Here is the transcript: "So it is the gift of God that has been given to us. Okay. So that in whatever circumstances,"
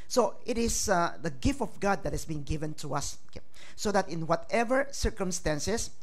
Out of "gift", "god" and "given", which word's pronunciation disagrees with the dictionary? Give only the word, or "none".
none